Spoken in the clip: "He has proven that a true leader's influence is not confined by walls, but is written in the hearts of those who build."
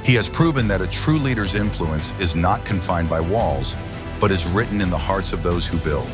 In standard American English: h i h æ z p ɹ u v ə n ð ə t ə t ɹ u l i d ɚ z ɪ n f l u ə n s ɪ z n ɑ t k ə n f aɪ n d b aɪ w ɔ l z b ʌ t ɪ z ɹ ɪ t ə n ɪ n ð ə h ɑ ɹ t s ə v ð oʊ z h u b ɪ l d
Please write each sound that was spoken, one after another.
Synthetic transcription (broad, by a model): h i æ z p ɹ u v ə n ð ə t ə t ɹ u l i d ɚ z ɪ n f l u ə n s ɪ z n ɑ t k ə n f aɪ n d b aɪ w ɔ l z b ʌ t ɪ z ɹ ɪ t n ɪ n ð ə h ɑ ɹ t s ə v ð oʊ z h u b ɪ l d